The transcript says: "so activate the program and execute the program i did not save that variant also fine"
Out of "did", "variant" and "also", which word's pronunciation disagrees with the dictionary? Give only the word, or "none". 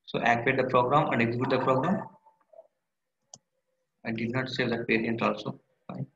variant